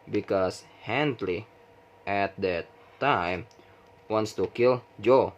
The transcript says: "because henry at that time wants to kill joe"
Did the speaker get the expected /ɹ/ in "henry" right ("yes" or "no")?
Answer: no